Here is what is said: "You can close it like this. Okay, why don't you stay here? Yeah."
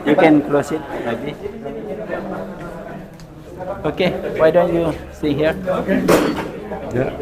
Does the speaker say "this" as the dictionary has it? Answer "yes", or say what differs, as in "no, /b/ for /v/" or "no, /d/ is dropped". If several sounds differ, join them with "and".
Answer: no, /s/ is dropped